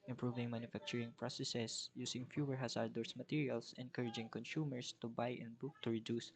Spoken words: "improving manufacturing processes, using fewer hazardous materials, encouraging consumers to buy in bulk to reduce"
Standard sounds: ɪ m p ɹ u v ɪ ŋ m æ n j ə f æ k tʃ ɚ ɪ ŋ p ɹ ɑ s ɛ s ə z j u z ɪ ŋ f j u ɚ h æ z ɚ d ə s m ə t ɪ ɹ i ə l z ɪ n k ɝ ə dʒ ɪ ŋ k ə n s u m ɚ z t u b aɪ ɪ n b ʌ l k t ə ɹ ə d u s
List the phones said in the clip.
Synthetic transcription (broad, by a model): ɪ m p ɹ u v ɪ ŋ m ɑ n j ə f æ k tʃ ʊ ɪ ŋ p ɹ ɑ s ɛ s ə s j u s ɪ ŋ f j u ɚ h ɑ s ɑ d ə s m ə t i ɹ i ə l s ɪ n k ɝ ə dʒ ɪ ŋ k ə n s u m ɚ s t u b aɪ ɪ n b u k t ə ɹ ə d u s